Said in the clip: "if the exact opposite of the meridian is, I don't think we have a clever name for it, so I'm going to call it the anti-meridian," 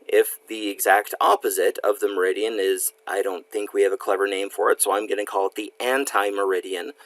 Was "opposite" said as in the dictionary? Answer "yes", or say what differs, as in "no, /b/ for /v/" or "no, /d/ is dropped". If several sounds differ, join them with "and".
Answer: yes